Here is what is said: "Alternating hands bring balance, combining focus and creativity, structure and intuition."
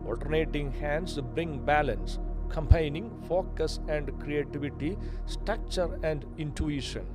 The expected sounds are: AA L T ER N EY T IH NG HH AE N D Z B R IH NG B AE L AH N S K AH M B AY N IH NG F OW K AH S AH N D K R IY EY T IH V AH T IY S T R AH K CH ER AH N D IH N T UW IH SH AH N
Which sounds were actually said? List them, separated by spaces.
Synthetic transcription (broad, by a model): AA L T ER N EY T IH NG HH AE N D S B R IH NG B AE L AH N S K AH M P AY N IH NG F OW K AH S AH N D K R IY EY T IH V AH T IY S T R AH K CH ER AH N D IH N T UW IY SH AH N